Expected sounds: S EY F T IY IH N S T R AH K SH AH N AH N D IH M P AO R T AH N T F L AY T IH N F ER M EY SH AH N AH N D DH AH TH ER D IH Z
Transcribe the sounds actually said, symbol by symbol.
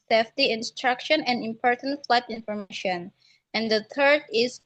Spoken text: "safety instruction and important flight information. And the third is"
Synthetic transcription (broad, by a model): S EY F T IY IH N S T R AH K SH AH N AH N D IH M P AO R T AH N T F L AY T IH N F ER M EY SH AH N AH N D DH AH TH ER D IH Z